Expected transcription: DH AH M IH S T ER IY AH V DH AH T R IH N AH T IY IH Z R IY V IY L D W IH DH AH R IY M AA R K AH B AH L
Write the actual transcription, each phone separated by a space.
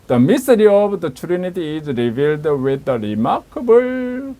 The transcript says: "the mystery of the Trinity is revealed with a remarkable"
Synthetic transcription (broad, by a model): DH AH M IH S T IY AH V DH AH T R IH N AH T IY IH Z R IY V IY L D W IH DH AH R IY M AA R K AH B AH L